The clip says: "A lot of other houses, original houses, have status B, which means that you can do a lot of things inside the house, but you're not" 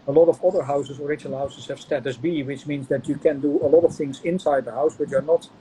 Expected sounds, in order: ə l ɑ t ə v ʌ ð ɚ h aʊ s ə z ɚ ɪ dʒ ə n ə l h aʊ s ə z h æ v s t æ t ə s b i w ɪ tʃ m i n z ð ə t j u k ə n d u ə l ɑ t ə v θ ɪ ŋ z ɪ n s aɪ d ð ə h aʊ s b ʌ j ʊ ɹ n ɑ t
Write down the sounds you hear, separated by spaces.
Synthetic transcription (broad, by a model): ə l ɑ t ə v ʌ ð ɚ h aʊ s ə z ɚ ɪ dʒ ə n l h aʊ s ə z h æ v s t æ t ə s b i w ɪ tʃ m i n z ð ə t j u k ə n d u ə l ɑ t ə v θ ɪ ŋ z ɪ n s aɪ d ð ə h aʊ s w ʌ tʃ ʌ ɹ n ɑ t